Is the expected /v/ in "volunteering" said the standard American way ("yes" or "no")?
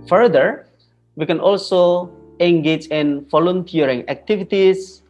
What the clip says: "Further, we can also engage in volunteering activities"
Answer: no